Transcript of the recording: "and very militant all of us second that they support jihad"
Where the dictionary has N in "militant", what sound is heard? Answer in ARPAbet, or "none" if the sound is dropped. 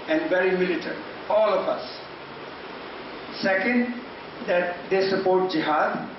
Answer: none